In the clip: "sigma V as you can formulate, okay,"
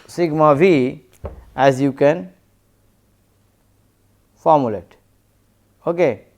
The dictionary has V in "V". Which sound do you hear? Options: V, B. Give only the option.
B